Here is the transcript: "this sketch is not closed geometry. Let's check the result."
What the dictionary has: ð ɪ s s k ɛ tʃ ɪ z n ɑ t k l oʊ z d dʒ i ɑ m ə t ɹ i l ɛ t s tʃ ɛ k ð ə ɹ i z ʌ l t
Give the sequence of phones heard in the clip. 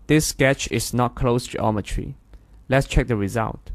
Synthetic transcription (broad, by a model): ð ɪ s s k ɛ tʃ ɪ s n ɑ t k l oʊ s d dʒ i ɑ m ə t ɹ i l ɛ t s tʃ ɛ k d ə ɹ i z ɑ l t